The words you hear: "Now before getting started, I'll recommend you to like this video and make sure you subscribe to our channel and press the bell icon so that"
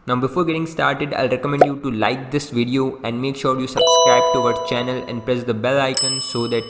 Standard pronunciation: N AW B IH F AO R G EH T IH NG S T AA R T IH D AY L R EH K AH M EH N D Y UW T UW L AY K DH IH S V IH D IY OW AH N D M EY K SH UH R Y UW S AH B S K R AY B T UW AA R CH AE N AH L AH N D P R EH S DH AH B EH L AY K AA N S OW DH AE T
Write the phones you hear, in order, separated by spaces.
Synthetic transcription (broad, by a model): N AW B IH F AO R G EH T IH NG S T AA R T IH D AY L R EH K AH M EH N D Y UW T UW L AY K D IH S V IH D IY OW AH N D M EY K SH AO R Y UW S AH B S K AE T T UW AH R CH AE N AH L AH N D P R EH S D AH B EH L AY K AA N S OW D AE T